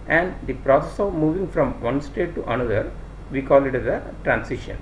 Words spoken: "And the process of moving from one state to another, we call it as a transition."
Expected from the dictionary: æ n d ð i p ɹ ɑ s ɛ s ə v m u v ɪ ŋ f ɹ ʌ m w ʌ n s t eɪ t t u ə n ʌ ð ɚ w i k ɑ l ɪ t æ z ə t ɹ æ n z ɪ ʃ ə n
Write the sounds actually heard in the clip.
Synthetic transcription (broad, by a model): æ n d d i p ɹ ɑ s ɛ s ə v m u v ɪ ŋ f ɹ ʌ m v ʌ n s t eɪ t t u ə n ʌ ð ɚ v i k ɑ l ɪ t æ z ə t ɹ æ n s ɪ ʃ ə n